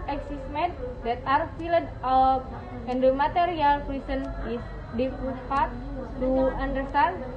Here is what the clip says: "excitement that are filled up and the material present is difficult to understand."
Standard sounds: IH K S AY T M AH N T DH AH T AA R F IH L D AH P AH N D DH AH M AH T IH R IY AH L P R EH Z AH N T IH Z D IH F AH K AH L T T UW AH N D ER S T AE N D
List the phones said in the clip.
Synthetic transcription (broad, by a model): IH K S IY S M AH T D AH T AA R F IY L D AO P AH N D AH M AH T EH R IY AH L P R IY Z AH N IH S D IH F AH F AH T T UW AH N D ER S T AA N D